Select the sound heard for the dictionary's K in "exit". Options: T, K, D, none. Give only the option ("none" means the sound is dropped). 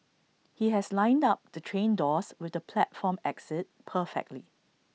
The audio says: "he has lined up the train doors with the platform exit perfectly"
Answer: K